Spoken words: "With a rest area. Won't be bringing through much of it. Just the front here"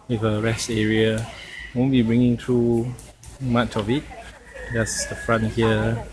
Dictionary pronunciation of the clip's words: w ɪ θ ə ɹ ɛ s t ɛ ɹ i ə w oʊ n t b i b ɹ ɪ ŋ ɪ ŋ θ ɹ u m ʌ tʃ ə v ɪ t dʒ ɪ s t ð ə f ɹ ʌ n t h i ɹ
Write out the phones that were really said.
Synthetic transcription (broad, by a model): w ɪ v ə ɹ ɛ s t ɛ ɹ i ə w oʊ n b i b ɹ ɪ ŋ ɪ ŋ t ɹ u m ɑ tʃ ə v ɪ t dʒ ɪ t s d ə f ɹ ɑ n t h i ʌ